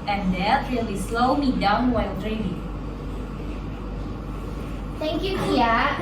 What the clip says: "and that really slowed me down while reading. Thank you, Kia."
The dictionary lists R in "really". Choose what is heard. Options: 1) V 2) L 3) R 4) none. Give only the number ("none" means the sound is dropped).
2